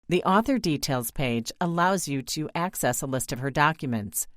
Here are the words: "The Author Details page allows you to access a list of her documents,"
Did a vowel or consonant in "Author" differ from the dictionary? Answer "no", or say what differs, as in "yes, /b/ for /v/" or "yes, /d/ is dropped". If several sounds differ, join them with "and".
no